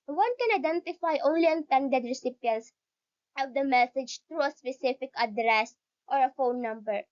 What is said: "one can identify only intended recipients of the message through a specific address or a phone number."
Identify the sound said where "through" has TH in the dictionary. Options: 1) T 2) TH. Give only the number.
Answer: 1